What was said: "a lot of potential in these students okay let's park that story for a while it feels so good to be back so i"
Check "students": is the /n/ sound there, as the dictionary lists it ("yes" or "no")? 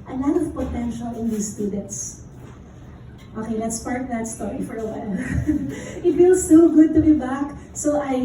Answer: no